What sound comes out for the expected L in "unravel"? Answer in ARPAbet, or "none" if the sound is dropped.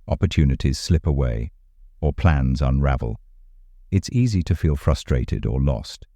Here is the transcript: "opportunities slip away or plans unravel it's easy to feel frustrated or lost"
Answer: L